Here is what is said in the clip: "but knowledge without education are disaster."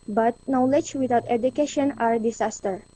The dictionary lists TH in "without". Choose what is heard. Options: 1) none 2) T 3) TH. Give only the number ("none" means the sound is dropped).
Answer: 2